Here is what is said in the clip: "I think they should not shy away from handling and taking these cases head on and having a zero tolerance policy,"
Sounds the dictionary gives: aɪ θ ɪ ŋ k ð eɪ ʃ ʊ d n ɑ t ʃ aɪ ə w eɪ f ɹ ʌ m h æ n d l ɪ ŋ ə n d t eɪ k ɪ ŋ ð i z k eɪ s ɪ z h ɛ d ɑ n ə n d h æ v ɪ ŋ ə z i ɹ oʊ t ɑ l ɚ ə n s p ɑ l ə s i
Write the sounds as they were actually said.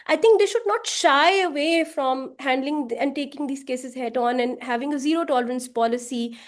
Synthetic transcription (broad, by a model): aɪ t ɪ ŋ k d eɪ ʃ ʊ d n ɑ t ʃ aɪ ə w eɪ f ɹ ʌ m h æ n d l ɪ ŋ ə n d t eɪ k ɪ ŋ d i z k eɪ s ɪ z h ɛ d ɑ n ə n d h æ v ɪ ŋ ə z i ɹ oʊ t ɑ l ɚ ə n s p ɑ l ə s i